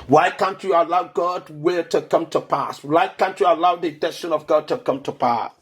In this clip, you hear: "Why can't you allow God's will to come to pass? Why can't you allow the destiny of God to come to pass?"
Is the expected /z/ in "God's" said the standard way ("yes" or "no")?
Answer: no